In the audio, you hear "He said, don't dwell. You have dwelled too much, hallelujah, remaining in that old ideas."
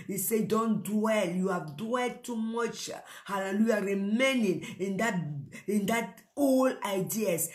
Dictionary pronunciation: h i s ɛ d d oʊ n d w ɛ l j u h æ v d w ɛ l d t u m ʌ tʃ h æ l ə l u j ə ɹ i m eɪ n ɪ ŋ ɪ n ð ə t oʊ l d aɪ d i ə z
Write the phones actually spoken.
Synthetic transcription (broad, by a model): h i s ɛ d d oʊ n d w ɛ l j u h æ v d w ɛ l d t u m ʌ tʃ h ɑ l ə l u j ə ɹ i m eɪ n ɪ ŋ ɪ n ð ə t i n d aɪ d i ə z